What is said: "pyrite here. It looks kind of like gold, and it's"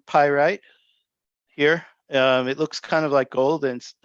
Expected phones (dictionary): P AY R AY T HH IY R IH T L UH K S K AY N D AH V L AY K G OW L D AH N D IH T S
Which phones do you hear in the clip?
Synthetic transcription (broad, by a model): P AY R AY T HH IY R IH T L UH K S K AY N D AH V L AY K G OW L D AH N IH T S